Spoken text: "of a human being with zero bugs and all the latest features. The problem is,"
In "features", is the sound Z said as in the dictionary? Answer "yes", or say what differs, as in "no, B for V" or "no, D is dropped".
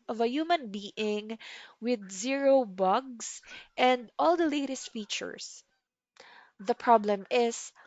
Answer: no, S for Z